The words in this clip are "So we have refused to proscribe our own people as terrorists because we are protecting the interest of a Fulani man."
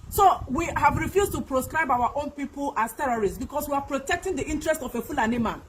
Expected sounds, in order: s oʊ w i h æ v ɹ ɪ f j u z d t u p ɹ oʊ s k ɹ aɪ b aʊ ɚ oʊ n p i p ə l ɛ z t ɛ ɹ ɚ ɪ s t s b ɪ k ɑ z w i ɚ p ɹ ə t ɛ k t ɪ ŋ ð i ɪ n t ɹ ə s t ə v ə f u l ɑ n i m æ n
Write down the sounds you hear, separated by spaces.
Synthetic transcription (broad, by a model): s oʊ w i h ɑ v ɹ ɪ f j u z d t u p ɹ oʊ s k ɹ aɪ b aʊ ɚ oʊ n p i p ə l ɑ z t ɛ ɹ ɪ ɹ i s b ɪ k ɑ s w i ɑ p ɹ ə t ɛ k t ɪ ŋ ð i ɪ n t ɹ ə s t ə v ə f u l ɑ n i m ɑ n